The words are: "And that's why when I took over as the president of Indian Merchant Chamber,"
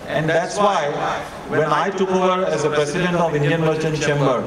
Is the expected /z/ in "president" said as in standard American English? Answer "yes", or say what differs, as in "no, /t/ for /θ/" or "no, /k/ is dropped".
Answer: no, /s/ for /z/